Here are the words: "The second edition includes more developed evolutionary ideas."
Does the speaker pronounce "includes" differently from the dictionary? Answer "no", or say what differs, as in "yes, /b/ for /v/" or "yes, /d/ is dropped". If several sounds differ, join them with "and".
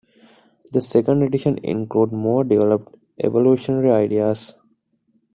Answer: yes, /z/ is dropped